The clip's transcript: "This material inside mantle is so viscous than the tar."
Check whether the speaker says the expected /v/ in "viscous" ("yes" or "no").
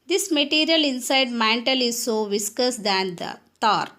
yes